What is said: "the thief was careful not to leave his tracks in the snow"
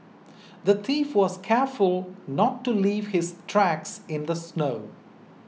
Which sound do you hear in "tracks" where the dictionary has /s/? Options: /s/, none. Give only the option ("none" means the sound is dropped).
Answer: /s/